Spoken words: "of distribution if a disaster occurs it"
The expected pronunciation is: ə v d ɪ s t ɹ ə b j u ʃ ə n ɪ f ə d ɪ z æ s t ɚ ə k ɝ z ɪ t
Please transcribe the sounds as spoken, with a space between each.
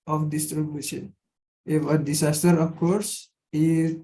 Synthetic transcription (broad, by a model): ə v d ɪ s t ɹ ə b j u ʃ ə n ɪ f ə d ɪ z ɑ s t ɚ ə k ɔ s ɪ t